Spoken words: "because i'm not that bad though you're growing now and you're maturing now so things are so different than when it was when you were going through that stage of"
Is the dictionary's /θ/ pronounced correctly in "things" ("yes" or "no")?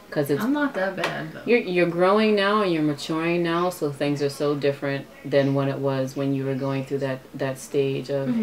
yes